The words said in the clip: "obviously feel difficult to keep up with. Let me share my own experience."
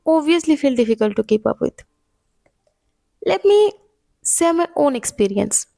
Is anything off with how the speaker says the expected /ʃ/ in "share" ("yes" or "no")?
yes